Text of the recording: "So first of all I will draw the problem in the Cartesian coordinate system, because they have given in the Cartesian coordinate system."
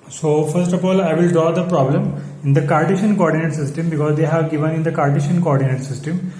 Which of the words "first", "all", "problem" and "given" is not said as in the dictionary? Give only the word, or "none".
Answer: none